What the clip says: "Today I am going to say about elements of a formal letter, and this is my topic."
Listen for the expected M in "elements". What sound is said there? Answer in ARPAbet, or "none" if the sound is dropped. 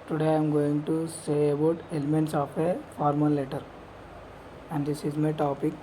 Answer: M